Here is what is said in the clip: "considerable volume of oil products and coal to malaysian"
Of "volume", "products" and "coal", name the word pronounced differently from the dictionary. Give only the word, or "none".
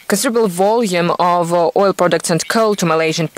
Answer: none